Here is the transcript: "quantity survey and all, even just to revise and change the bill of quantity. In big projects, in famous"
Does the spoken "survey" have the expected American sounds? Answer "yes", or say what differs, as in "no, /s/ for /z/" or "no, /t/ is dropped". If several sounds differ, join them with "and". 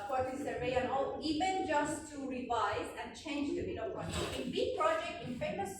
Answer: no, /v/ is dropped